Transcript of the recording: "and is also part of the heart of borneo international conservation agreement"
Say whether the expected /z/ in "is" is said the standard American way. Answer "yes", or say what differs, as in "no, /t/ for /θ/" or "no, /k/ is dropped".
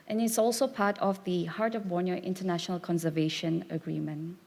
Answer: no, /s/ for /z/